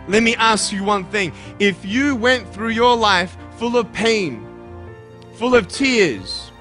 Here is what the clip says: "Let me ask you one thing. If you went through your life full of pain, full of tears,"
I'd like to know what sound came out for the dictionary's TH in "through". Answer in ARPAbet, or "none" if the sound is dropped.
TH